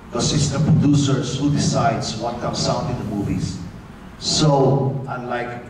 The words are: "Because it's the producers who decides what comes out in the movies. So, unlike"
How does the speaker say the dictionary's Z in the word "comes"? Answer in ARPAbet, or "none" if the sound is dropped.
S